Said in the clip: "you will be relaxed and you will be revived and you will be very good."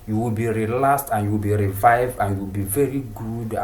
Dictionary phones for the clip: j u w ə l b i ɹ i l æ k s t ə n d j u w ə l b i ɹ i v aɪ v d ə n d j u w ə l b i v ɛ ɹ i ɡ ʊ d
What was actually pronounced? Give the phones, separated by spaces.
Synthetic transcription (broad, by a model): j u w ə l b i ɹ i l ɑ s t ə n j u w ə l b i ɹ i v aɪ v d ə n j u w ə l b i v ɛ ɹ i ɡ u d